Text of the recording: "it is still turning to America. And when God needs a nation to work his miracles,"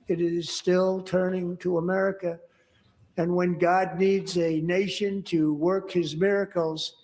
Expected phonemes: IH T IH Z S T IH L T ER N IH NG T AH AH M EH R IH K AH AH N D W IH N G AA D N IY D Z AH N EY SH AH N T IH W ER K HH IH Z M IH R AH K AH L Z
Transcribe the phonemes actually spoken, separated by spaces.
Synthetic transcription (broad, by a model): IH T IH Z S T IH L T ER N IH NG T AH AH M EH R IH K AH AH N W IH N G AA D N IY D Z AH N EY SH AH N T IH W ER K HH IH Z M IH R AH K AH L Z